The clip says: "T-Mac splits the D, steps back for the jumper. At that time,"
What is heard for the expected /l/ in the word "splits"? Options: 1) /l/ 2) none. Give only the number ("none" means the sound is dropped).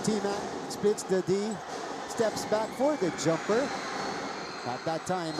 2